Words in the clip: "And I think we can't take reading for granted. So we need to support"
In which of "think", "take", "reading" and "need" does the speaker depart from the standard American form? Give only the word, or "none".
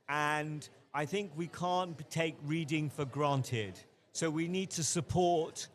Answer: none